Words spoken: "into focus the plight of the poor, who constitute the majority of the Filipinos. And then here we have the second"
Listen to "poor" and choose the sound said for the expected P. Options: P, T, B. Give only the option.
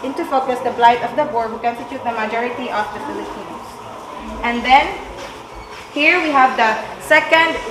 B